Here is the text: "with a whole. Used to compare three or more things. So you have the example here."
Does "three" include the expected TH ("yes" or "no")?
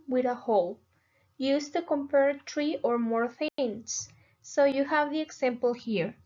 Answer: no